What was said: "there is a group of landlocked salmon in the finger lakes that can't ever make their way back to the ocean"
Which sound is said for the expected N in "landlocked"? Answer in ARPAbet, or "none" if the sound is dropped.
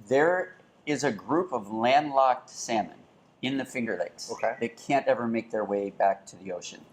N